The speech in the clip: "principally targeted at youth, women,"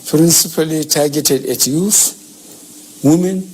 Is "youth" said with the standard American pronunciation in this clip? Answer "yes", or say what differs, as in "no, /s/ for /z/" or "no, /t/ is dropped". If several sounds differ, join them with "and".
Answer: no, /f/ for /θ/